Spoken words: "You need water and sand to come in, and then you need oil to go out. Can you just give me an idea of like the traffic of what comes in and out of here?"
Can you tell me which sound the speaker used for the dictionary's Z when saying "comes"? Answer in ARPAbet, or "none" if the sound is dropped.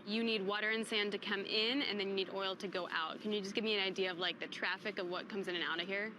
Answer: Z